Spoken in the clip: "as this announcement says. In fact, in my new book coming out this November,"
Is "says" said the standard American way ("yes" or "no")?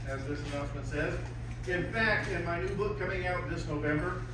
yes